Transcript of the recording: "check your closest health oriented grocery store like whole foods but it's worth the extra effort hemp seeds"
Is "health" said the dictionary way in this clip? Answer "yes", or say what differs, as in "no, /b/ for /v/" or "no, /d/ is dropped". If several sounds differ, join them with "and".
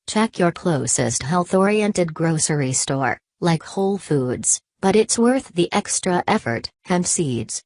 yes